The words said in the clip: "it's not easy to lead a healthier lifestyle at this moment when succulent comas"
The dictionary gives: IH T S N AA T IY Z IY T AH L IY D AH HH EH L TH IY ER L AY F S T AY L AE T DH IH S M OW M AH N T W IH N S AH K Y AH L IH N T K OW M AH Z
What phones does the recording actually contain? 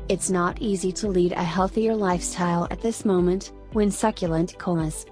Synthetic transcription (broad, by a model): IH T S N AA T IY Z IY T AH L IY D AH HH EH L TH IY ER L AY F S T AY L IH T DH IH S M OW M AH N T W IH N S AH K Y AH L IH N T K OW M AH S